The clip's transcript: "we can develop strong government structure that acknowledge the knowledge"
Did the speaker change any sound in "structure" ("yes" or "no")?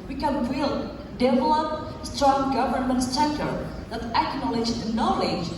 yes